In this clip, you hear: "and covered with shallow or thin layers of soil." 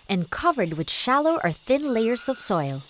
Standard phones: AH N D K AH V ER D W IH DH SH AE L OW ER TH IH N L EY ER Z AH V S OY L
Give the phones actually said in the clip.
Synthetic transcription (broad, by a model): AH N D K AH V ER D W IH DH SH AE L OW ER TH IH N L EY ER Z AH V S OY L